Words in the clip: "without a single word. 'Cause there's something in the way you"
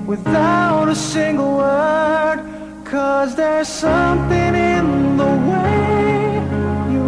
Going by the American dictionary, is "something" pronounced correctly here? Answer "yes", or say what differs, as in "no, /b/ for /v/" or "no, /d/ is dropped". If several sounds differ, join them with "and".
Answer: yes